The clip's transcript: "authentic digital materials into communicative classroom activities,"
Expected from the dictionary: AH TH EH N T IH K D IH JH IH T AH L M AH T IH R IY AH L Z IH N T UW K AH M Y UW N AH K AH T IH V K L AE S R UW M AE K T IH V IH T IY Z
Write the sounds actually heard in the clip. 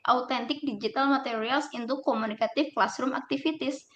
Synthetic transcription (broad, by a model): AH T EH N T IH K D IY JH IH T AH L M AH T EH R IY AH L S IH N T UW K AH M UW N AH K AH T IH F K L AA S R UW M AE K T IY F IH T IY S